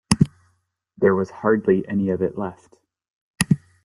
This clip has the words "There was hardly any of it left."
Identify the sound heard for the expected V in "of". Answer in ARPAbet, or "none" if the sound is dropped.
V